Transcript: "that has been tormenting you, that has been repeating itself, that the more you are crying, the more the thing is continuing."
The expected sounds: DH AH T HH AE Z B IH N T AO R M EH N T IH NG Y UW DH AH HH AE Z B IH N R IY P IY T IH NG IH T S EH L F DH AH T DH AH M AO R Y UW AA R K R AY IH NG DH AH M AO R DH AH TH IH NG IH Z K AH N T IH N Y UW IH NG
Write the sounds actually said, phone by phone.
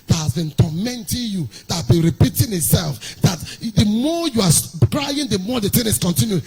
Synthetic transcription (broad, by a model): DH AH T HH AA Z B IH N T AO M EH N T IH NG Y UW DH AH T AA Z B IH N R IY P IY T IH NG IH T S EH L F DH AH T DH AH M AO Y UW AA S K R AY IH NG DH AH M AO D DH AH T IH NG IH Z K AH N T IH N Y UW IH